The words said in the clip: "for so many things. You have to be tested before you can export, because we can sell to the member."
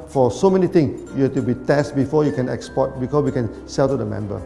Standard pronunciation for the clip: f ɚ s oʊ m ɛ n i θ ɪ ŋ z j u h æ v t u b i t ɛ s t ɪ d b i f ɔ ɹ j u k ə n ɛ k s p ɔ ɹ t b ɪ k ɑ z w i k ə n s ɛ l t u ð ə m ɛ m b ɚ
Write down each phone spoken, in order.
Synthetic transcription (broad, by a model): f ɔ s oʊ m ɛ n i t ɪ ŋ s j u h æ t u b i t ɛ s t b i f ɔ j u k ə n ɛ k s p ɔ t b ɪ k ɑ s w i k ə n s ɛ l t u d ə m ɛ m b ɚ